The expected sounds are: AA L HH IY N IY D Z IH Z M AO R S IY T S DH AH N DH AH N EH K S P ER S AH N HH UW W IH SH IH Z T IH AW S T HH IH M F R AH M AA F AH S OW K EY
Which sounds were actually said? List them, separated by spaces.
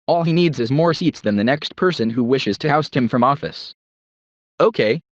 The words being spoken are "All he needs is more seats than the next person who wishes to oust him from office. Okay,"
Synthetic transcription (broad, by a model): AA L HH IY N IY D Z IH Z M AO R S IY T S DH AH N DH AH N EH K S P ER S AH N HH UW W IH SH IH Z T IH AW S T HH IH M F R AH M AA F AH S OW K EY